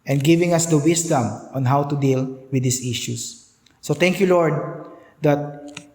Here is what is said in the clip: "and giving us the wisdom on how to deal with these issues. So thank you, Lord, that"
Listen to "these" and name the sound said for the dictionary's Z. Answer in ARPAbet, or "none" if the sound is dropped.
S